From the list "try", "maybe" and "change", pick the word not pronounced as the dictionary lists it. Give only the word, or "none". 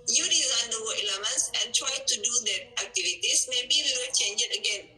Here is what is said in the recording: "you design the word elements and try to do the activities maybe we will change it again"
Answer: none